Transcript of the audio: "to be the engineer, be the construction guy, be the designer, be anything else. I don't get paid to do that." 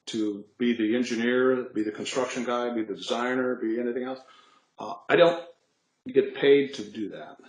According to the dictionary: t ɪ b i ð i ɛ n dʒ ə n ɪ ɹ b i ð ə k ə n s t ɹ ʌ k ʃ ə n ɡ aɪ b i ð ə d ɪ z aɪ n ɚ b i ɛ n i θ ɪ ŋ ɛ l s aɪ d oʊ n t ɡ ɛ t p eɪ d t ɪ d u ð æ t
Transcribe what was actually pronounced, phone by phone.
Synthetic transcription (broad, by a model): t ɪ b i ð i ɛ n dʒ ə n ɪ ɹ b i ð ə k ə n s t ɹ ʌ k ʃ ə n ɡ aɪ b i ð ə d ɪ z aɪ n ɚ b i ɛ n i θ ɪ ŋ ɛ l s aɪ d oʊ n t ɡ ɛ t p eɪ d t ɪ d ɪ ð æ t